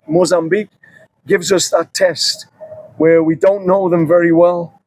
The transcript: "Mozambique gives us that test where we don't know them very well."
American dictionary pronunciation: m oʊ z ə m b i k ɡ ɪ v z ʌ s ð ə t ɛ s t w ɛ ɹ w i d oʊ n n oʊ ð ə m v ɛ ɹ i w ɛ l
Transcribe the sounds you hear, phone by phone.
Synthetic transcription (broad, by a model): m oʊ z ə m b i k ɡ ɪ v z ʌ s ð ə t ɛ s t w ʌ ɹ w i d oʊ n n oʊ ð ə m v ɛ ɹ i w ɛ l